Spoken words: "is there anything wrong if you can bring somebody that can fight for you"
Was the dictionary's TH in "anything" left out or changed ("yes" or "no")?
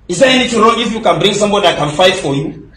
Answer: yes